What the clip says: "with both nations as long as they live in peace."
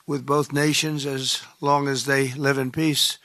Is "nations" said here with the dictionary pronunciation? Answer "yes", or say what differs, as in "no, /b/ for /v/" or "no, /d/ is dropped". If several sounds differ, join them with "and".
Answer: yes